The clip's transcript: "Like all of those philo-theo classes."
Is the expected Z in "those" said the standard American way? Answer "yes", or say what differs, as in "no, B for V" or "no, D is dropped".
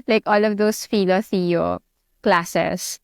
no, S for Z